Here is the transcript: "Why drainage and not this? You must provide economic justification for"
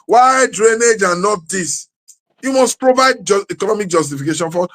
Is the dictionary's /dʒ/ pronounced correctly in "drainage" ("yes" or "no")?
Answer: yes